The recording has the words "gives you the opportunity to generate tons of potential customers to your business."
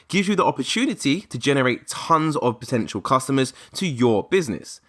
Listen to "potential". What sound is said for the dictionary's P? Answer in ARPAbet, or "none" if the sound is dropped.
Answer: P